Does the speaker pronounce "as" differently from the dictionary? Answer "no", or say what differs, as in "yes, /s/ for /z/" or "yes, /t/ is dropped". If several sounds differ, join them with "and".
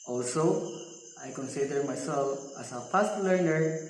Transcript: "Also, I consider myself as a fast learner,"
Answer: yes, /s/ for /z/